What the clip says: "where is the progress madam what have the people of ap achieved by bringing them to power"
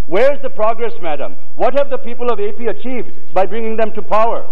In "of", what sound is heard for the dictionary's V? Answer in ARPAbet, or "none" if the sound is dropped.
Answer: V